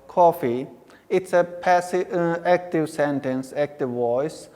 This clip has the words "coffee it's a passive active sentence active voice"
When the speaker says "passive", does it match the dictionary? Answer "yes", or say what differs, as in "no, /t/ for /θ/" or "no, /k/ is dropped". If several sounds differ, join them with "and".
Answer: no, /v/ is dropped